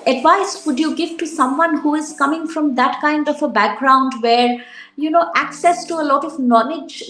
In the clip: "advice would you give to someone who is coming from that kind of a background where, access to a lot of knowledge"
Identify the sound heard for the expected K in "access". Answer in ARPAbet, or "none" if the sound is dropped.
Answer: K